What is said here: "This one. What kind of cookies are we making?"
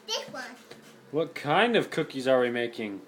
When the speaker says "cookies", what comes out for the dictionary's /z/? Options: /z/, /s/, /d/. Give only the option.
/z/